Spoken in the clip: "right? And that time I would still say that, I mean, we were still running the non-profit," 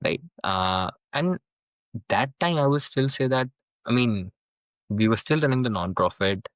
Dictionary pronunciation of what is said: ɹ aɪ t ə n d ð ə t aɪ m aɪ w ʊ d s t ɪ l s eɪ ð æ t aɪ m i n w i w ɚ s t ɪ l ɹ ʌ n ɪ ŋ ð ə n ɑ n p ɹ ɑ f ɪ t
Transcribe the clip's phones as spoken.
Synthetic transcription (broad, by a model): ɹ aɪ t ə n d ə t aɪ m aɪ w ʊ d s t ɪ l s eɪ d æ t aɪ m i n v i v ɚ s t ɪ l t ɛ l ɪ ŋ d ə n ɑ n p ɹ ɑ f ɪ t